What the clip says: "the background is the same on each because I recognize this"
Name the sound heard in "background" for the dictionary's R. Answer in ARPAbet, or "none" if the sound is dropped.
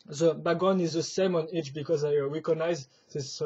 none